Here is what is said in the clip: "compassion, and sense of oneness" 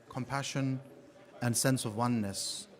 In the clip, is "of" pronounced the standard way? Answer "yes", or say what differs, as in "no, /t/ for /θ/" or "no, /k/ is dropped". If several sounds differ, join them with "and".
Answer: yes